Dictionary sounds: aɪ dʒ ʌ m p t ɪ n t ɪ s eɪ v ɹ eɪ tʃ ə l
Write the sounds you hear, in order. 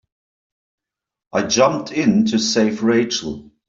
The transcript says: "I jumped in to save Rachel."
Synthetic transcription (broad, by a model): aɪ dʒ ʌ m p t ɪ n t ɪ s eɪ f ɹ eɪ tʃ ə l